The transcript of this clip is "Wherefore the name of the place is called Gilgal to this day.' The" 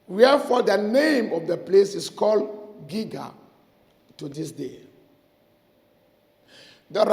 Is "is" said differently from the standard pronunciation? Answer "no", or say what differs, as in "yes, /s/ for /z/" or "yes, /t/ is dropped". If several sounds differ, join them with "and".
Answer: yes, /s/ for /z/